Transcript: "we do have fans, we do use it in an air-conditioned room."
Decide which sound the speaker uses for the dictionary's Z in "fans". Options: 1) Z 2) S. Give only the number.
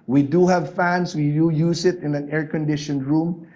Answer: 2